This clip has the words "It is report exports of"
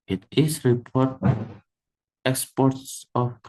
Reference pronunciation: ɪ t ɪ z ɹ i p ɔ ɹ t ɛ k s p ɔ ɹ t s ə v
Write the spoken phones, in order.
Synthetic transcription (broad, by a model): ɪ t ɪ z ɹ i p ɔ ɹ t ɛ k s p ɔ ɹ t s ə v